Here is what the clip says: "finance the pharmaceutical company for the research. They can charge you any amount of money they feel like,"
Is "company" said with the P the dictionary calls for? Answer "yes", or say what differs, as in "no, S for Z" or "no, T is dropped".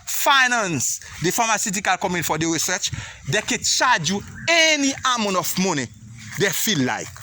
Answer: no, P is dropped